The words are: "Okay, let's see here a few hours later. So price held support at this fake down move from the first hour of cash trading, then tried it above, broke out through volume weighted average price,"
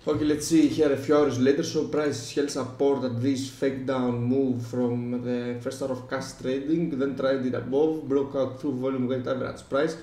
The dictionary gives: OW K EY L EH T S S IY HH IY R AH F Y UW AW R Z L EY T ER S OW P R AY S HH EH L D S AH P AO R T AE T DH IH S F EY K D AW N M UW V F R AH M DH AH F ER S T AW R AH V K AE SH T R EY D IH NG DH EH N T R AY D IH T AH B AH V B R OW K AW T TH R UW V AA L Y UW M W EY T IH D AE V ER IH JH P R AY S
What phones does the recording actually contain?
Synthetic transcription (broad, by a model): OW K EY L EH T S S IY HH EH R AH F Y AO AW R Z L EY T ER S OW P R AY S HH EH L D S AH P AO R T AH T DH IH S F EY K D AW N M UW V F R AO M DH AH F ER S T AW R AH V K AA S T R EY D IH NG DH EH N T R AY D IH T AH B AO V B R OW K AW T TH R UW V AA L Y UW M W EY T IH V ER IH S P R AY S